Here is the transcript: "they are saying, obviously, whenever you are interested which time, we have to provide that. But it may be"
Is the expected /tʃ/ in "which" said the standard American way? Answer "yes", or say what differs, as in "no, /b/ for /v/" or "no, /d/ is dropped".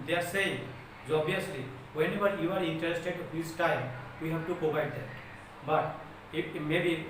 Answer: no, /s/ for /tʃ/